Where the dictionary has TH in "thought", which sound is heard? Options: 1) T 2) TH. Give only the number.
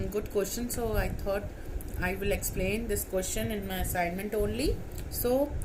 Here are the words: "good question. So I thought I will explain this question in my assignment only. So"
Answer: 1